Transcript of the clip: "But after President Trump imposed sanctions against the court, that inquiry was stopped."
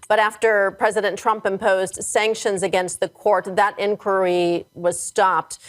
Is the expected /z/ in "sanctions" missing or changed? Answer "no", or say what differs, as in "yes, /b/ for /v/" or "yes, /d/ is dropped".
no